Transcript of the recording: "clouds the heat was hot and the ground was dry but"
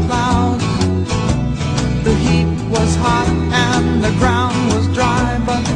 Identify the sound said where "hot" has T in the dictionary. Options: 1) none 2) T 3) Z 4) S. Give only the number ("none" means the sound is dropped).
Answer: 2